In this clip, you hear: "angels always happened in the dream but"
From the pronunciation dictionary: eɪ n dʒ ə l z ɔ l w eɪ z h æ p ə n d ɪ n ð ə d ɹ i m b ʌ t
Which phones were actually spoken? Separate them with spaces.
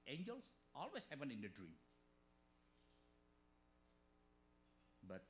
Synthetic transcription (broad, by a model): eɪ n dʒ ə l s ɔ l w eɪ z h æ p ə n ɪ n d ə d ɹ i m b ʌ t